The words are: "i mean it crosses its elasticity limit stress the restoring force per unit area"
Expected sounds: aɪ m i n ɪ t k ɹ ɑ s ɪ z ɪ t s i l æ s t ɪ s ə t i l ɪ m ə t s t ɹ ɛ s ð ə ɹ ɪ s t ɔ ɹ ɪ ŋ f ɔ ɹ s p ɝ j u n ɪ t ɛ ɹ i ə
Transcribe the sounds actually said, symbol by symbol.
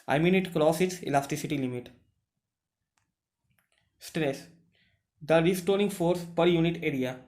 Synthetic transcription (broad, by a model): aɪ m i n ɪ t k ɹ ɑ s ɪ ɪ t s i l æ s t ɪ s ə t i l ɪ m ə t s t ɹ ɛ s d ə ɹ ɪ s t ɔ ɹ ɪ ŋ f ɔ ɹ s p ɝ j u n ɪ t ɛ ɹ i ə